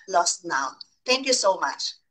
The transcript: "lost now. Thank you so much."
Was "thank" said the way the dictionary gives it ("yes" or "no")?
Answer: no